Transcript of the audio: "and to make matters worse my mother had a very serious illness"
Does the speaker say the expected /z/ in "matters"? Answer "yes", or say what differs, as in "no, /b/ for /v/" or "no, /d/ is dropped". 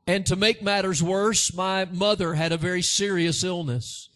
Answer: yes